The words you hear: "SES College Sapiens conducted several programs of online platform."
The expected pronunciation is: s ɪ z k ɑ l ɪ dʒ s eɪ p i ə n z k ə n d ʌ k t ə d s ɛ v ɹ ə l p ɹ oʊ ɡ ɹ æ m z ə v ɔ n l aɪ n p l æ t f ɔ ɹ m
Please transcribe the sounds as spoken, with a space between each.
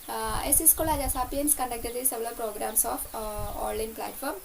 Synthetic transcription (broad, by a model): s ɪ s k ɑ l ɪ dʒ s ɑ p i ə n s k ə n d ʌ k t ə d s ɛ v l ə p ɹ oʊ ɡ ɹ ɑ m s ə f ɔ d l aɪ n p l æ t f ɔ ɹ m